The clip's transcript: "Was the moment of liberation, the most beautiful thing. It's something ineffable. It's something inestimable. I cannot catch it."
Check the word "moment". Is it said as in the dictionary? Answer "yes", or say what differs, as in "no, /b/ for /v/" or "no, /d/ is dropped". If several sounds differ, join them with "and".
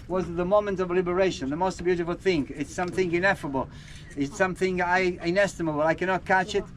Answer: yes